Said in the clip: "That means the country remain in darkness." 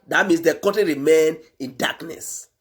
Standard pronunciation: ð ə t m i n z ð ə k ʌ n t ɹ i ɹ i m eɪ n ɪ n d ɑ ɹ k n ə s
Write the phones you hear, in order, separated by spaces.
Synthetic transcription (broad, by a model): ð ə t m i n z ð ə k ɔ t i ɹ i m eɪ n ɪ n d ɑ k n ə s